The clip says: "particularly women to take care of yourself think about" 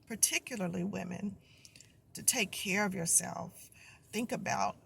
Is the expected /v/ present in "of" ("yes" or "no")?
yes